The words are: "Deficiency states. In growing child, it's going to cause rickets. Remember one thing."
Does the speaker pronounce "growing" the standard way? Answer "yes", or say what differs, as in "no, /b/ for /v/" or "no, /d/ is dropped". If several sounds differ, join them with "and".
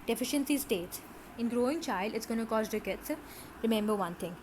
yes